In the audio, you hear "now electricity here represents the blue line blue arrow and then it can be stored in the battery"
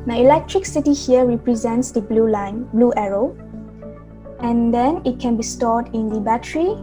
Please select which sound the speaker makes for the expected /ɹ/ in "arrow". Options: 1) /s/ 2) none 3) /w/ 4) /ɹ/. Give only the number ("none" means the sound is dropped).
4